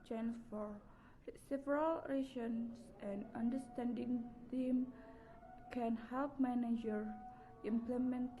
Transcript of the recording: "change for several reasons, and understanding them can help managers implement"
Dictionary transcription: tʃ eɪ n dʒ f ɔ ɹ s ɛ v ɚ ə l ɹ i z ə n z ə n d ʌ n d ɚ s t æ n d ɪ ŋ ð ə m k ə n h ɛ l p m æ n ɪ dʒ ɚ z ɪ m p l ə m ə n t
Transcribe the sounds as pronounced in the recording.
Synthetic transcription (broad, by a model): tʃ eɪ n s f ɔ ɹ s ɛ v ɚ ə l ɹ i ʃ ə n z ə n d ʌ n d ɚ s t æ n d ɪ ŋ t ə m k ə n h ɛ l p m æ n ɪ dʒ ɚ ɪ m p l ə m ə n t